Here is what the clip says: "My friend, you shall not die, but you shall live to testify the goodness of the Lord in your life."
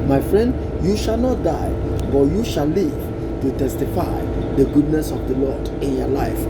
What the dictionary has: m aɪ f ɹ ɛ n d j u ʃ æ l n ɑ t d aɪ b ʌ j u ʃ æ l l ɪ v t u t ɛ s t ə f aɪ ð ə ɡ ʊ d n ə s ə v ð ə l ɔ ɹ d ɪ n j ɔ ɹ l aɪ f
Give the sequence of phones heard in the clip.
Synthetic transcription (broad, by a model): m aɪ f ɹ ɛ n d j u ʃ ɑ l n ɑ t d aɪ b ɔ j u ʃ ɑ l l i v t u t ɛ s t ə f aɪ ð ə ɡ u d n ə s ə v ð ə l ɔ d ɪ n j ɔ l aɪ f